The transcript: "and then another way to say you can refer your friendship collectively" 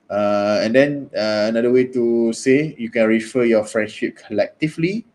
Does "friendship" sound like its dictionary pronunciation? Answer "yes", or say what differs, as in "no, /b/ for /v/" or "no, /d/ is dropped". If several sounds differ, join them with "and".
yes